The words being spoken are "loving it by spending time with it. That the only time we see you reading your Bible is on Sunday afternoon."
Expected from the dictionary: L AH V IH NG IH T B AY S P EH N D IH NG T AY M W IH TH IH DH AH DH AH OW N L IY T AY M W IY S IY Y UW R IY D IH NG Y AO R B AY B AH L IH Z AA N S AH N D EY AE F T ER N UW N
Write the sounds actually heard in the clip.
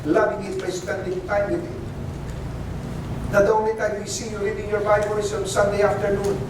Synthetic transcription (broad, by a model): L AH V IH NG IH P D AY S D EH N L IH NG T AY M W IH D IH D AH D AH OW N IY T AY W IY S IY Y UW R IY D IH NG Y AO R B AY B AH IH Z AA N S AH N D EY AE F T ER N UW N